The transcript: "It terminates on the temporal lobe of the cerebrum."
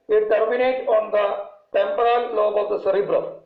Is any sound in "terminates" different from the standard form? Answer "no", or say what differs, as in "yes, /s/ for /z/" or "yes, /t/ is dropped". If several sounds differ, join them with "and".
yes, /s/ is dropped